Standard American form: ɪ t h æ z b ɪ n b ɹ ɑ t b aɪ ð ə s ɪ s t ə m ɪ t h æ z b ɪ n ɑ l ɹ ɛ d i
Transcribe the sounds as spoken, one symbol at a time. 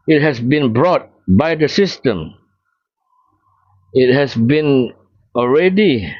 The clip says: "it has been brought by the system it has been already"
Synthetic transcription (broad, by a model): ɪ t h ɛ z b ɪ n b ɹ ɑ t b aɪ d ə s ɪ s t ə m ɪ t h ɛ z b ɪ n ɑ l ɹ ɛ d i